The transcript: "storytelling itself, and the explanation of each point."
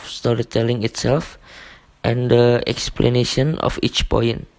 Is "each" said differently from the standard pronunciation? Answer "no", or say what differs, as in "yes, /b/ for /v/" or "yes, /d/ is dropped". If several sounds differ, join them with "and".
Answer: no